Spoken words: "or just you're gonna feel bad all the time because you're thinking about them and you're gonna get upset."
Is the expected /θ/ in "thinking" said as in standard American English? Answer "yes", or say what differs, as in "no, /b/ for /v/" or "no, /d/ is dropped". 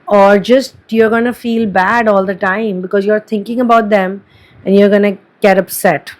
no, /t/ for /θ/